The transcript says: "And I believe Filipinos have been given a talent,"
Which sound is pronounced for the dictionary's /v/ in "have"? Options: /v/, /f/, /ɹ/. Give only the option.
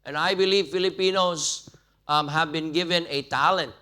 /v/